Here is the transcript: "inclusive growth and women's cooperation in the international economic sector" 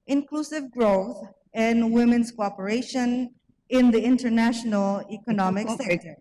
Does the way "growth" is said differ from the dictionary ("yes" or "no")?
no